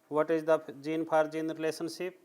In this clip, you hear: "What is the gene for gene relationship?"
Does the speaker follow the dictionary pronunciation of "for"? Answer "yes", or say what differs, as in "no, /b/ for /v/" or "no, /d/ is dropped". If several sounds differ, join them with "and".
no, /p/ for /f/